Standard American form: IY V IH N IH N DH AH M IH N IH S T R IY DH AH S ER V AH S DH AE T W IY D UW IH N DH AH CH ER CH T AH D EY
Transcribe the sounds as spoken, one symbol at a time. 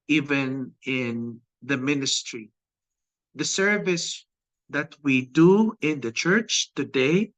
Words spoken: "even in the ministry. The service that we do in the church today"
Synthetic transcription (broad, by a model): IY V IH N IH N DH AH M IH N IH S T R IY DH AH S ER V AH S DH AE T W IY D UW IH N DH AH CH ER CH T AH D EY